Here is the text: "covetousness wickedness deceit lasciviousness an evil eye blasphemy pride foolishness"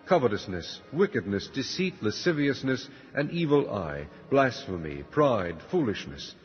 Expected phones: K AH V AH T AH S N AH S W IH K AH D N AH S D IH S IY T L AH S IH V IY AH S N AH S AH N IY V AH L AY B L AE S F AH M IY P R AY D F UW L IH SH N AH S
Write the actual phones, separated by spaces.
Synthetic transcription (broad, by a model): K AH V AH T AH S N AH S W IH K AH D N AH S D IH S IY T L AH S IH V IY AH S N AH S AH N IY V AH L AY B L AE S F AH M IY P R AY D F UW L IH SH N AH S